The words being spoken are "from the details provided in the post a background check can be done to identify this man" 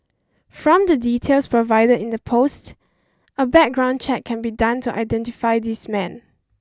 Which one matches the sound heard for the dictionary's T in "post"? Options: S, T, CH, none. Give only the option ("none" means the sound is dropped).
T